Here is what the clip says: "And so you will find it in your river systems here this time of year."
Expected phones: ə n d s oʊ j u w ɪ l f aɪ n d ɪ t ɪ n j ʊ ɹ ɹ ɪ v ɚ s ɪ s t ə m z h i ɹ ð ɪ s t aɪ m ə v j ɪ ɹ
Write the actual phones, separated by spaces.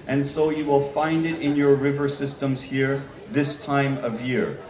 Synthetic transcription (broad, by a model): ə n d s oʊ j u w ɪ l f aɪ n d ɪ t ɪ n j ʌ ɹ ɹ ɪ v ɚ s ɪ s t ə m z h i ɹ ð ɪ s t aɪ m ə v j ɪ ɹ